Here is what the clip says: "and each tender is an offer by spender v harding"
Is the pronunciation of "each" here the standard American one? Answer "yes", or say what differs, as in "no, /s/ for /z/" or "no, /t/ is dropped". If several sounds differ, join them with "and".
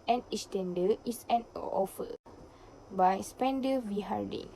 no, /s/ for /tʃ/